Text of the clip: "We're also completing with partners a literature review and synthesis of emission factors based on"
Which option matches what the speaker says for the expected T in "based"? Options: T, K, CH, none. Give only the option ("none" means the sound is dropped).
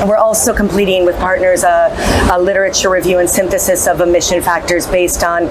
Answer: T